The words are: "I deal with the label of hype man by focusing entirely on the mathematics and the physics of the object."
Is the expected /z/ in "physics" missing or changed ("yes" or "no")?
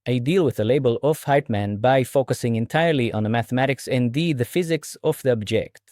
no